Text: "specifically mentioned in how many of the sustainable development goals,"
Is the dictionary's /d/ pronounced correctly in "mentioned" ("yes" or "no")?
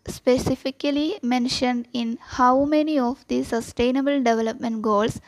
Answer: yes